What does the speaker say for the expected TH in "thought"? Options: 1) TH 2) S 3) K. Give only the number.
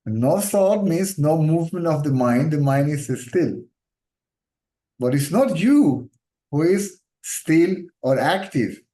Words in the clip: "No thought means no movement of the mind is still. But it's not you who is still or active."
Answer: 2